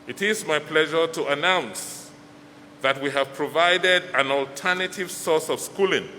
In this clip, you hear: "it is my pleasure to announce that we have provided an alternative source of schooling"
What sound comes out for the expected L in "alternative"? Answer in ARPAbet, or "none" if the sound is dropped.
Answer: L